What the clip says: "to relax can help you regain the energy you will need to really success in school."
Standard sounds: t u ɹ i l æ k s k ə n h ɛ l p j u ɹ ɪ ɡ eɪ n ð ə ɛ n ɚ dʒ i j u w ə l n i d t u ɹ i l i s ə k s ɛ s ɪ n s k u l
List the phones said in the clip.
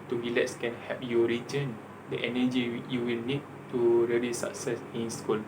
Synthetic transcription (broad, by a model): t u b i l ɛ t s k ə n h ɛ p j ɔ ɹ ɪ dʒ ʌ n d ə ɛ n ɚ dʒ i j u w ə l n i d t u ɹ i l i s ə k s ɛ s ɪ n s k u l